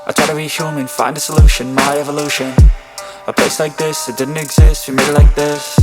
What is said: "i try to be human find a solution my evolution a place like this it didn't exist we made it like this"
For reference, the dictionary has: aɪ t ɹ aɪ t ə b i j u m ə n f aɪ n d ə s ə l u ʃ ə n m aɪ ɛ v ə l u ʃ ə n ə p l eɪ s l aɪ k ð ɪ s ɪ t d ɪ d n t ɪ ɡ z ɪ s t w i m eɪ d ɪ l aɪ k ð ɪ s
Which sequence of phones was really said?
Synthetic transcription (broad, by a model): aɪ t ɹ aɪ t ə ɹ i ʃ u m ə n f aɪ n d ə s ə l u ʃ ə n m aɪ ɛ v ə l u ʃ ə n ə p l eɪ s l aɪ k ð ɪ s ɪ t d ɪ d n t ɪ ɡ z ɪ s t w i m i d l aɪ k ð ɪ s